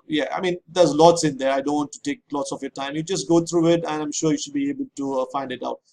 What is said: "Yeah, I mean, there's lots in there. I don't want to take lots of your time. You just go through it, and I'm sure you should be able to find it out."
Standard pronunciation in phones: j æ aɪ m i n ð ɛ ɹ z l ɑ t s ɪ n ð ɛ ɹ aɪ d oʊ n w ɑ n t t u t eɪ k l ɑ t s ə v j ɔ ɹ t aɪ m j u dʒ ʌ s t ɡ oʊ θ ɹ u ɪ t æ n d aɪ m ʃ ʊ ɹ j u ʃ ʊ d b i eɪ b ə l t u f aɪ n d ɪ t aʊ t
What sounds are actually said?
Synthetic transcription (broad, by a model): j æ aɪ m i n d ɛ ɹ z l ɑ t s ɪ n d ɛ ɹ aɪ d oʊ n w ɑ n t t u t eɪ k l ɑ t s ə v j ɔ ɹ t aɪ m j u dʒ ʌ s t ɡ oʊ t ɹ u ɪ t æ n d aɪ m ʃ ʊ ɹ j u ʃ ʊ d b i eɪ b ə l t u f aɪ n d ɪ t aʊ t